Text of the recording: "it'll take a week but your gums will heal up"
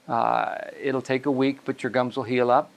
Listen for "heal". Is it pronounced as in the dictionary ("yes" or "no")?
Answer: yes